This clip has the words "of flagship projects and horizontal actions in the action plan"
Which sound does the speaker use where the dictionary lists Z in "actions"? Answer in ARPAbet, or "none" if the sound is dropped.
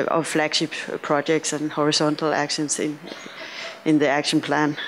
S